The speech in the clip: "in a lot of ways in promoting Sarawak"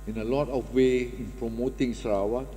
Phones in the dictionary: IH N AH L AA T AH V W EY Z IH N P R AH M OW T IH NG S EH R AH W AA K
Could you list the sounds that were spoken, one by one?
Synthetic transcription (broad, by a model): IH N AH L AA T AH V W EY IH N P R AH M OW T IH NG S R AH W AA